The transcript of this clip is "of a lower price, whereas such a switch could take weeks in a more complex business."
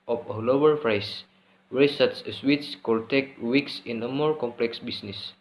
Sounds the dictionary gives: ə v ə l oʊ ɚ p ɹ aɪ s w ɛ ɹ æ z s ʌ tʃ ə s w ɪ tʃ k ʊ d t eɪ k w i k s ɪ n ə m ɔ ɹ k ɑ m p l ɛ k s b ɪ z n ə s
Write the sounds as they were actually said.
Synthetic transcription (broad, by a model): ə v ə l oʊ ɚ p ɹ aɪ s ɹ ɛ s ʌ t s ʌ ə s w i s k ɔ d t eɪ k w i k s ɪ n ə m ɔ ɹ k ɑ m p l ɛ k s b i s n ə s